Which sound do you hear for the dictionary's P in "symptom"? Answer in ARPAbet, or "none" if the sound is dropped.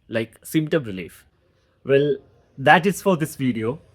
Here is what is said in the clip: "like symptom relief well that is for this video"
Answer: none